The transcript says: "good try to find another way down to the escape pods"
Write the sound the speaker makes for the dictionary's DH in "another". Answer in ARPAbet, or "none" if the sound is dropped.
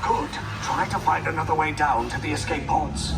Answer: DH